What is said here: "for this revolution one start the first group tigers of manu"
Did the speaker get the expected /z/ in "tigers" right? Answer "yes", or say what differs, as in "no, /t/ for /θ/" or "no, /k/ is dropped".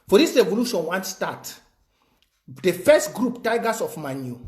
no, /s/ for /z/